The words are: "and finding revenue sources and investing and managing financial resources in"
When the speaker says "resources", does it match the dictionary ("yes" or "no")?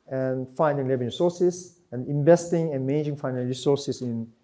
no